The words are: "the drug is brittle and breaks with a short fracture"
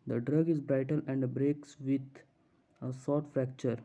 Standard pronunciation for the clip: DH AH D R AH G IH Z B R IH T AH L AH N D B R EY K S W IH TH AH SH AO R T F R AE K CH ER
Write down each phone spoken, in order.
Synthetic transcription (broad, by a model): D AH D R AH G IH Z B R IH T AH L AH N D B R EY K S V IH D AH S AO R T F R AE K CH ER